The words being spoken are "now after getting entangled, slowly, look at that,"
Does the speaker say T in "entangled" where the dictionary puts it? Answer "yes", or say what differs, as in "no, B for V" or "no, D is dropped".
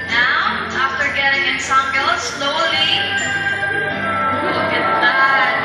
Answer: no, S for T